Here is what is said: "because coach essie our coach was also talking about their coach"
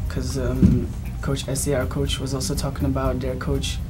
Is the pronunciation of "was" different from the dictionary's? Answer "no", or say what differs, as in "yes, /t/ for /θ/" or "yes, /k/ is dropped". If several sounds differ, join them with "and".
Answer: no